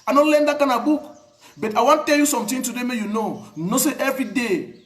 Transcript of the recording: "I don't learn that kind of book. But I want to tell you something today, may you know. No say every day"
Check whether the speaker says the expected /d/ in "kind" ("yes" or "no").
no